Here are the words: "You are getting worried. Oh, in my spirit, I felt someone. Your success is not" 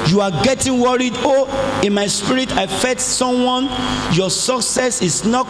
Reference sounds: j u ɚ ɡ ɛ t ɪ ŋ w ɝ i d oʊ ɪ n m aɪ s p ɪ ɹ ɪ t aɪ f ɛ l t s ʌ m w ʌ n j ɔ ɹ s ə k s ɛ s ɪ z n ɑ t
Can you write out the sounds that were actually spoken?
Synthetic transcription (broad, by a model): j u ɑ ɡ ɛ t ɪ ŋ w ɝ i d oʊ ɪ n m aɪ s p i ɹ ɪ t aɪ f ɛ t s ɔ m w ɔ n j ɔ s ə k s ɛ s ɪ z n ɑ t